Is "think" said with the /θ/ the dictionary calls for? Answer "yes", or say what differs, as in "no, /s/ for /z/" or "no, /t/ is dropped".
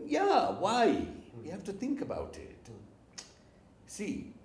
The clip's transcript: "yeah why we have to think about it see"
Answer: yes